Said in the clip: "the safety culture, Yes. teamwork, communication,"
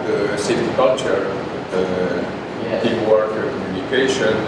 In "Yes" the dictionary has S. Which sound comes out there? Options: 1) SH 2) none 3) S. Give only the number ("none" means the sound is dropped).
2